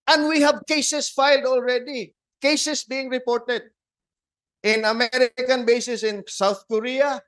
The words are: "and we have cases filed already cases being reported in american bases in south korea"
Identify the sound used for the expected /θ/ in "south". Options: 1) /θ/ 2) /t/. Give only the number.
1